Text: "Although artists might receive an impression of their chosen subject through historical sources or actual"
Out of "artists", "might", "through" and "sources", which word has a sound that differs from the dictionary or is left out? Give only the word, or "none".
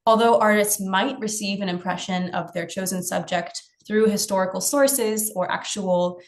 none